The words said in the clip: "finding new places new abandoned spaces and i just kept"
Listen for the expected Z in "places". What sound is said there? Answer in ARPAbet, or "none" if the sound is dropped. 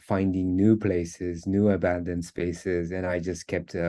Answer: Z